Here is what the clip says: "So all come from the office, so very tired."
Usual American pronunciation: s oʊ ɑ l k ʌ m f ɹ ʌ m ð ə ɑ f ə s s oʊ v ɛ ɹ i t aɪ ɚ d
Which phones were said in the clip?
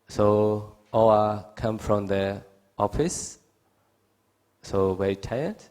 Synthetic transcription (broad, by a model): s oʊ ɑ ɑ k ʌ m f ɹ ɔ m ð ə ɑ f ə s s oʊ w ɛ i t aɪ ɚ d